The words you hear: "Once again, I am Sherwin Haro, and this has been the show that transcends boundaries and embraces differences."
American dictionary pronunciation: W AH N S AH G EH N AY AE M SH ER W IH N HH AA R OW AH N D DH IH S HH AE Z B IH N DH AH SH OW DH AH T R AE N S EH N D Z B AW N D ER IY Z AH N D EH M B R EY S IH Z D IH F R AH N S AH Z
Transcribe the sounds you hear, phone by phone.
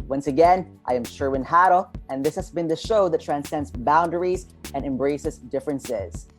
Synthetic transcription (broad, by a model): W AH N S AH G EH N AY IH M SH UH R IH N HH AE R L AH N DH IH S HH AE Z B IH N DH AH SH OW DH AH T R AE N S EH N D Z B AW N D ER IY Z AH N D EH M B R EY S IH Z D IH F R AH N S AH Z